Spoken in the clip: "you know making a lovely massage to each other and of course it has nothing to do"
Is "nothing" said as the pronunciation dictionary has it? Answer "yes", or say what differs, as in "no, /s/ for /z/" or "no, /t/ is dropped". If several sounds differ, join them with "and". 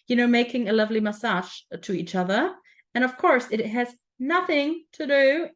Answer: yes